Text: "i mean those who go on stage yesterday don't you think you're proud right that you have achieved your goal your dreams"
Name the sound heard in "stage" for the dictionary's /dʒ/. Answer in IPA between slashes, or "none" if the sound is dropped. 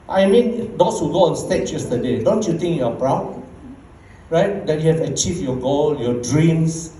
/tʃ/